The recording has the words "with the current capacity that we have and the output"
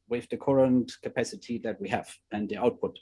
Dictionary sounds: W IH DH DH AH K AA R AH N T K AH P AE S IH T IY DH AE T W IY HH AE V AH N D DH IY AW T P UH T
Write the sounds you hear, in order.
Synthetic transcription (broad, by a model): W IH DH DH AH K AA R AH N T K AH P AE S IH T IY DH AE T W IY HH AE V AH N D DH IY AW T P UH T